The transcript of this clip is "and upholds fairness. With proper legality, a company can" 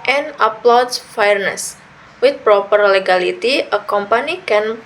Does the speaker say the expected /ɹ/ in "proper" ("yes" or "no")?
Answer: yes